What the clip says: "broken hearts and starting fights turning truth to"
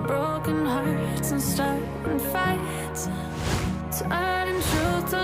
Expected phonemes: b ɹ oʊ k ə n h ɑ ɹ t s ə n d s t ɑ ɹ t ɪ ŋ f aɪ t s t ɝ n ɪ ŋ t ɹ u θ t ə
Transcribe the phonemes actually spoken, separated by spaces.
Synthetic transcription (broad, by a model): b ɹ oʊ k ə n h ɑ ɹ t s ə n s t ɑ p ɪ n f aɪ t t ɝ ɪ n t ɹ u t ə